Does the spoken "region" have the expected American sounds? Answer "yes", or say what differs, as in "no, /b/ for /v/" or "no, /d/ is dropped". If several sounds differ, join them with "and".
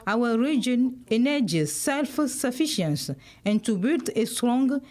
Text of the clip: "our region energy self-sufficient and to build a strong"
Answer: yes